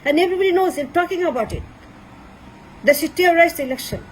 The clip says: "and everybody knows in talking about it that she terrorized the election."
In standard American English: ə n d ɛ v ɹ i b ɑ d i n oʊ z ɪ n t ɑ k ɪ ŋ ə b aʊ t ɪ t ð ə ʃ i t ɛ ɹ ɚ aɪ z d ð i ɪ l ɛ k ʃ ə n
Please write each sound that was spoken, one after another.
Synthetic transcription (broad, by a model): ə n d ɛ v ɹ i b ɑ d i n oʊ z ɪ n t ɑ k ɪ ŋ ə b aʊ t ɪ t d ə s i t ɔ ɹ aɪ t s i l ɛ k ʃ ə n